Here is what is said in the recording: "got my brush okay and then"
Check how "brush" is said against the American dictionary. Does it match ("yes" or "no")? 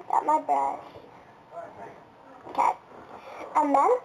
no